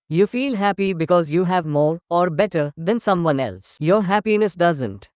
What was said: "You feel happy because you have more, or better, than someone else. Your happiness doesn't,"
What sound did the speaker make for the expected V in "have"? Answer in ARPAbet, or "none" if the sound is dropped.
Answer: V